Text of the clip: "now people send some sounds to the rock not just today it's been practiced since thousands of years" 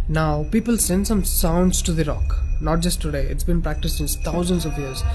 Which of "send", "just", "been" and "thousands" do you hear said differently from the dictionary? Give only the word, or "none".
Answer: thousands